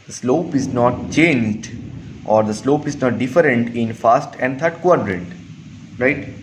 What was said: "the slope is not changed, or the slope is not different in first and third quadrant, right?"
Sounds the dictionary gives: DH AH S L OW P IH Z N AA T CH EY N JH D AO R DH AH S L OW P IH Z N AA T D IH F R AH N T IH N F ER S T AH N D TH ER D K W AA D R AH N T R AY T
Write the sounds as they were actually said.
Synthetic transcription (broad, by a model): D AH S L OW P IH Z N AA T CH EY N JH D AO R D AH S L OW P IH Z N AA T D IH F R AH N T IH N F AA S T AH N D T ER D K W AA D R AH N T R AY T